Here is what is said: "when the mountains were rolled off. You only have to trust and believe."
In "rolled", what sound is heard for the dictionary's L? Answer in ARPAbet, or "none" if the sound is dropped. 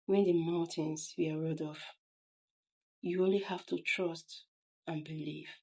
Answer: none